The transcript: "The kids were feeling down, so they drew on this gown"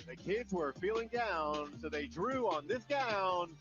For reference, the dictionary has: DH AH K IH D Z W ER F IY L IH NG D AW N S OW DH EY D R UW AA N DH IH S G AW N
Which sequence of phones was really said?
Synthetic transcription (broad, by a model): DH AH K IH D Z W ER F IY L IH NG D AW N S OW DH EY D R UW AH N DH IH S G AW N